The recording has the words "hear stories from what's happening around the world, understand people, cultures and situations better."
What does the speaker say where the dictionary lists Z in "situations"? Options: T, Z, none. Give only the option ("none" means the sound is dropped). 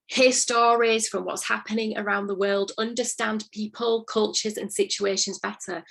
Z